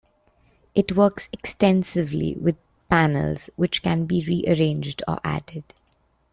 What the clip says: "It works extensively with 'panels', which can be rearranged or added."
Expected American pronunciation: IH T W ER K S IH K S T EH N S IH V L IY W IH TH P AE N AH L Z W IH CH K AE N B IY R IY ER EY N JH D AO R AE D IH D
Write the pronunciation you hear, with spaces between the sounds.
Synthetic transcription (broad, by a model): IH T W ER K S IH K S T EH N S IH V L IY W IH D P AE N AH L Z W IH CH K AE N B IY R IY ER EY N JH D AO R AE D IH D